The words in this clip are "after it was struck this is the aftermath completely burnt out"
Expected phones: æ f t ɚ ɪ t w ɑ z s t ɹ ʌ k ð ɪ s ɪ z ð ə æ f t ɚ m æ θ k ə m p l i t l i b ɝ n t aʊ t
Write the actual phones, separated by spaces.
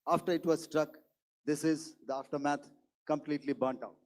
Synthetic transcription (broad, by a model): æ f t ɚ ɪ t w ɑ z s t ɹ ʌ k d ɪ s ɪ z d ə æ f t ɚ m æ t k ə m p l i t l i b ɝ n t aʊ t